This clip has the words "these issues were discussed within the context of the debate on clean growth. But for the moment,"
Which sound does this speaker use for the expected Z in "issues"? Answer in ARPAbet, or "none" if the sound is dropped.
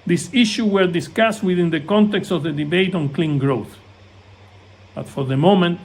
none